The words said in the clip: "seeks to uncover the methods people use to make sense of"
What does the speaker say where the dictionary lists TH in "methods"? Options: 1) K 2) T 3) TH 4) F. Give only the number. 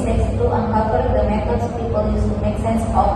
2